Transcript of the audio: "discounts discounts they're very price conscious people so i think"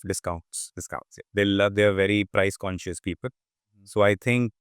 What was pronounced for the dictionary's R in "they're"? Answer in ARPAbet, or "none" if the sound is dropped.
L